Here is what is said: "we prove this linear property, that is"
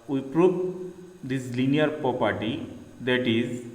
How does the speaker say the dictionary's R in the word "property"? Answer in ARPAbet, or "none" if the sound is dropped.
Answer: R